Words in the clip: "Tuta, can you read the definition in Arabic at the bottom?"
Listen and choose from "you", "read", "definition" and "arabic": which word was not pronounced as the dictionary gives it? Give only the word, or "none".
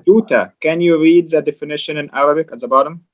none